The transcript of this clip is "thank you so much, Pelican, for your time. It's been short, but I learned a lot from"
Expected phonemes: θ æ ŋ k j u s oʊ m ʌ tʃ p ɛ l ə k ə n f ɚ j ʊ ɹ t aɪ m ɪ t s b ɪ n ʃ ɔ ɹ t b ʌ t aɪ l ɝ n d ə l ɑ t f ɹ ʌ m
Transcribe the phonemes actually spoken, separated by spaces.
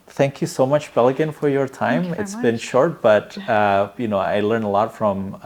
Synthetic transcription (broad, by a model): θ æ ŋ k j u s oʊ m ʌ tʃ b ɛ l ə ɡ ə n f ɚ j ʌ ɹ t aɪ m ɪ t s b ɪ n ʃ ɔ ɹ t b ʌ t aɪ l ɝ n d ə l ɑ t f ɹ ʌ m